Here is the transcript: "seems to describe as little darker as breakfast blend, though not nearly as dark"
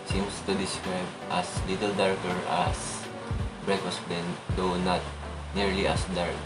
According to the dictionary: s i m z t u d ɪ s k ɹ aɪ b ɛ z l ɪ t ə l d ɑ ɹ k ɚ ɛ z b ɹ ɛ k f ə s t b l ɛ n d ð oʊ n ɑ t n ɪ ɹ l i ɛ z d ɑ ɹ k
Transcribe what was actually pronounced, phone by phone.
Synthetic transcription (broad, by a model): s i m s t u d ɪ s k ɹ aɪ b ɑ s l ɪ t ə l d ɑ ɹ k ɚ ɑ s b ɹ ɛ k ə s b ɛ n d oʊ n ɑ t n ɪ ɹ l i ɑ s d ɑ ɹ k